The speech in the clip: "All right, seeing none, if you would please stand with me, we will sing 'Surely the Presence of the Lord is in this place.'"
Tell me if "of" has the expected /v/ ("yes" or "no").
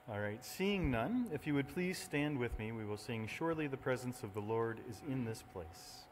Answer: yes